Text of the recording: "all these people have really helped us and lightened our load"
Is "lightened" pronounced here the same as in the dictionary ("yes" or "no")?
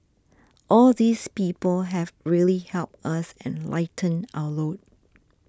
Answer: no